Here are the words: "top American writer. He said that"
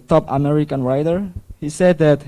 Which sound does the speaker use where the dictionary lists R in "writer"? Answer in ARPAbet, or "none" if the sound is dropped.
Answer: R